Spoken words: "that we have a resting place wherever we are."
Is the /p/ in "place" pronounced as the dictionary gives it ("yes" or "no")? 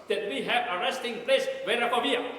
yes